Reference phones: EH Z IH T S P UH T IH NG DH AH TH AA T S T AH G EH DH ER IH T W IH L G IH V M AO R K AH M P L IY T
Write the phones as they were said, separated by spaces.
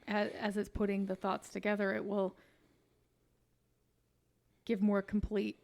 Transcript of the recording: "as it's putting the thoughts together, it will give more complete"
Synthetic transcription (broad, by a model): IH Z IH T S P UH T IH NG DH AH TH AA T S T AH G EH DH ER IH T W IH L G IH V M AO R K M P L IY T